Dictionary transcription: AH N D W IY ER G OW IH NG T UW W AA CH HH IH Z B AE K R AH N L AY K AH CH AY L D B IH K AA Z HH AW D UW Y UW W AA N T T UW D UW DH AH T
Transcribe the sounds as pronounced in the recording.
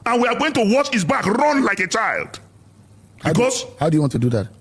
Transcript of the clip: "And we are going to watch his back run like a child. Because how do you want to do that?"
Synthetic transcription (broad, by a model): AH N W IY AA G OW IH NG T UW W AA CH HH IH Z B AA K R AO N L AY K AH CH AY L D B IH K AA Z HH AW D UW Y UW W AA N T T UW D UW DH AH T